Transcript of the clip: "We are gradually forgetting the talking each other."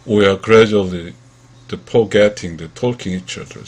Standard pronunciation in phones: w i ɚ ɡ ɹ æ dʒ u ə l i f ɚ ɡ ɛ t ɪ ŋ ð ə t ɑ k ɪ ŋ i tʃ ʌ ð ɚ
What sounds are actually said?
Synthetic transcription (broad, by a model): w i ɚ ɡ ɹ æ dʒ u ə l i p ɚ ɡ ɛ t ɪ ŋ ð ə t ɑ k ɪ ŋ i tʃ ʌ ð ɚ